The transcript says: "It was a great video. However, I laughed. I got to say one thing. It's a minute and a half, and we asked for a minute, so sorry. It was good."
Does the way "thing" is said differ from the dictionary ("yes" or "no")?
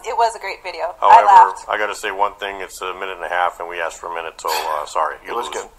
no